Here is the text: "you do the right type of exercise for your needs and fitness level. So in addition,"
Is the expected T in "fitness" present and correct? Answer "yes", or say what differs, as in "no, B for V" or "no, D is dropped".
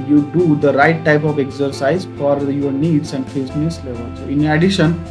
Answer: no, S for T